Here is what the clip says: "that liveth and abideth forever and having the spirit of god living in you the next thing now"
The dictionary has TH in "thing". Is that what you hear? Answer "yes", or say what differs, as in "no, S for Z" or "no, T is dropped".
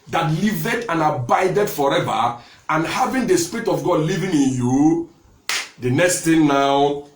no, T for TH